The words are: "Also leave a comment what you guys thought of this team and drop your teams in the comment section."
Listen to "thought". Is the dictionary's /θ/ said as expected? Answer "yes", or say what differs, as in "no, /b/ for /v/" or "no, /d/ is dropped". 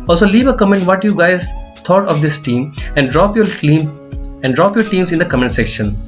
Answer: no, /t/ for /θ/